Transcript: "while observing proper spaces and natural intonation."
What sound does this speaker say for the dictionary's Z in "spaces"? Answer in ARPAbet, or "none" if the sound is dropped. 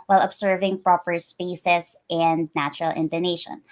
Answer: S